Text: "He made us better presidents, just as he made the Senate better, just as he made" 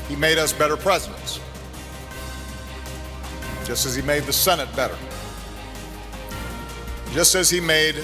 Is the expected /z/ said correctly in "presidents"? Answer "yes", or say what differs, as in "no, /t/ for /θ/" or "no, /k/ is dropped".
yes